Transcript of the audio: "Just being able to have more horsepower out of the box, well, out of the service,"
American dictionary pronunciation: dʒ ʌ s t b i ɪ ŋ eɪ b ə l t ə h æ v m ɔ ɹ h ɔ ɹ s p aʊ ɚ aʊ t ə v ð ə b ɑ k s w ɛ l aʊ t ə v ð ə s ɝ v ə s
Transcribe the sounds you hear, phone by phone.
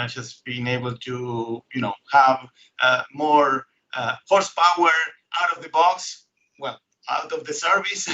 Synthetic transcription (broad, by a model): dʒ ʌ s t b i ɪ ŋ eɪ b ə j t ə h æ v m ɔ ɹ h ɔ ɹ s p aʊ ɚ aʊ t ə v ð ə b ɑ k s w ɛ l aʊ t ə v ð ə s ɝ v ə s